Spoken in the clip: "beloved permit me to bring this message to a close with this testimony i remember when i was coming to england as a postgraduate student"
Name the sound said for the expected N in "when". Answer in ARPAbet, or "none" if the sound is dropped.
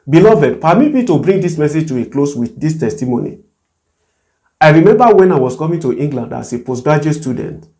N